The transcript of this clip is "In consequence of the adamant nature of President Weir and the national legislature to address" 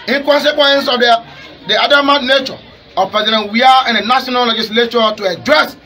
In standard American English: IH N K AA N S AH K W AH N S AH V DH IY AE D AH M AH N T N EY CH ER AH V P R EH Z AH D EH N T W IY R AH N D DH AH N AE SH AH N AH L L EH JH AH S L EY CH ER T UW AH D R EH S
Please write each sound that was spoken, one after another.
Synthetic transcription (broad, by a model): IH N K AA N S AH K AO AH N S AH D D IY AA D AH M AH T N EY CH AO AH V P EH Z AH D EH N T W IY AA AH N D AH N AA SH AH N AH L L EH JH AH S L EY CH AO T UW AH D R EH S